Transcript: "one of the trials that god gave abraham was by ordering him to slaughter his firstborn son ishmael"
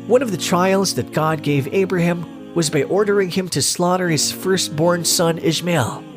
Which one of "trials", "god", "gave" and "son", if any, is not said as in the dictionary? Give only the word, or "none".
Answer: none